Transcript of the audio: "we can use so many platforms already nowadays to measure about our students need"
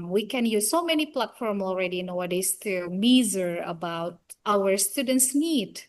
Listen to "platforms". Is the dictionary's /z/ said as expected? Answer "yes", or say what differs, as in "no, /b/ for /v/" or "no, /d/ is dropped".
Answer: no, /z/ is dropped